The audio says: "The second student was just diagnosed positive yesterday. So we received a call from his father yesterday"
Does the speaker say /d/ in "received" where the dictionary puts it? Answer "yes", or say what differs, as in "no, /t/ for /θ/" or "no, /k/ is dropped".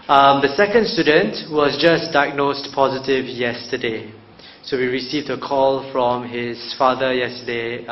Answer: yes